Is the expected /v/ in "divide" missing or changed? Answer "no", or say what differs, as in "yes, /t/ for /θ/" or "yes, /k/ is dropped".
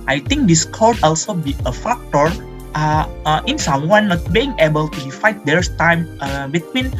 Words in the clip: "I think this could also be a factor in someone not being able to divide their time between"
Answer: yes, /f/ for /v/